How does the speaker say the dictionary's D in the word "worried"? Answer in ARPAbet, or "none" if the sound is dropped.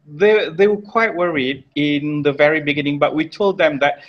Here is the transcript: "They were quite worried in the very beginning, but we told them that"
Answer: D